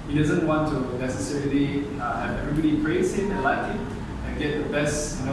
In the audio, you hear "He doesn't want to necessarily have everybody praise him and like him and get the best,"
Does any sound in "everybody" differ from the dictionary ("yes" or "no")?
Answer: no